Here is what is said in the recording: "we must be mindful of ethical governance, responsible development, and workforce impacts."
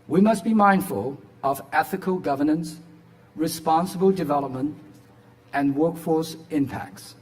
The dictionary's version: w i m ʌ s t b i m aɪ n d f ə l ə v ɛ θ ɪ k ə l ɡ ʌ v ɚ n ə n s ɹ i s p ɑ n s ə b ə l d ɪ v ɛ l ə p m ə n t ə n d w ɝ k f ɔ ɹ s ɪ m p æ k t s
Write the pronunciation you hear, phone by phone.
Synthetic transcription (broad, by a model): w i m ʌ s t b i m aɪ n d f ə l ə v ɛ θ ɪ k ə l ɡ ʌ v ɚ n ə n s ɹ i s p ɑ n s ə b ə l d ɪ v ɛ l ə p m ə n t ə n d w ɝ k f ɔ ɹ s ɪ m p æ k t s